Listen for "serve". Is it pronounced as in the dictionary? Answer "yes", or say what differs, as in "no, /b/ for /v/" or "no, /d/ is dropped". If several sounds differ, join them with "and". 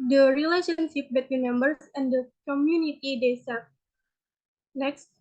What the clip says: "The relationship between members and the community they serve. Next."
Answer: no, /p/ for /v/